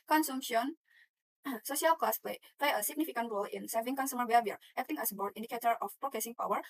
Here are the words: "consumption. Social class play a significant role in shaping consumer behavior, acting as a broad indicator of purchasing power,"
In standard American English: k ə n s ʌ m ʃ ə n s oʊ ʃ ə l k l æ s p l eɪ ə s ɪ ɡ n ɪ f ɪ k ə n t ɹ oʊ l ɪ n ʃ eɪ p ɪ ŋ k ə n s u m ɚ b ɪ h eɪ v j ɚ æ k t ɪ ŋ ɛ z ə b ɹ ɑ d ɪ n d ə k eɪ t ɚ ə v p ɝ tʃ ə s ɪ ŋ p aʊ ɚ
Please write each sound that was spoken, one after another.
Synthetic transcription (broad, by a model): k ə n s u m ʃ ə n s oʊ ʃ ə l k l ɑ s p l eɪ ə s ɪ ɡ n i f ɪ k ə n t ɹ oʊ l ɪ n s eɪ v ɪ ŋ k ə n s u m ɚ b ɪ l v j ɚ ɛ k t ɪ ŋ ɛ s ə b ɑ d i n d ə k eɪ t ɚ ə f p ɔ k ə s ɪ ŋ p aʊ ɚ